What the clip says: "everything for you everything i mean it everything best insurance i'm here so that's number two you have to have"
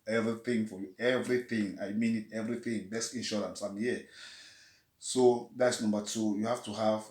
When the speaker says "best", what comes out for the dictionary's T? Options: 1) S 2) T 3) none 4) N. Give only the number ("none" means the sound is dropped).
3